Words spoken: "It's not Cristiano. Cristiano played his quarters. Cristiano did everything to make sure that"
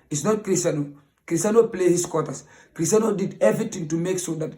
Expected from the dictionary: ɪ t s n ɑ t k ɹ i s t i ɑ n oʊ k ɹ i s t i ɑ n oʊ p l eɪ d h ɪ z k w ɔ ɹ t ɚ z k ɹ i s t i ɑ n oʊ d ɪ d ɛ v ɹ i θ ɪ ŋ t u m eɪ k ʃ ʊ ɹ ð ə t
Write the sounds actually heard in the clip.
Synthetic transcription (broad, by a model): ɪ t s n ɑ t k ɹ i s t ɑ n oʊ k ɹ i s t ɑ n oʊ p l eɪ h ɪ s k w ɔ t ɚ s k ɹ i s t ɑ n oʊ d ɪ d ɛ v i t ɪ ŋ t u m eɪ k s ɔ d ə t